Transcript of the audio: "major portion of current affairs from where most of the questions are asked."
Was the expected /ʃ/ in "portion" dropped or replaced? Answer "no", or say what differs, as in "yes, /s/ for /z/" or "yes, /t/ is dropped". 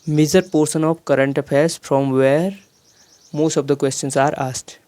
yes, /s/ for /ʃ/